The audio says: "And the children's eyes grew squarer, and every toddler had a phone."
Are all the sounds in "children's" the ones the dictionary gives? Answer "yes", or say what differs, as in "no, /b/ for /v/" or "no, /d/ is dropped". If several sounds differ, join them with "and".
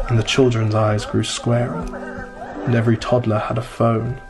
yes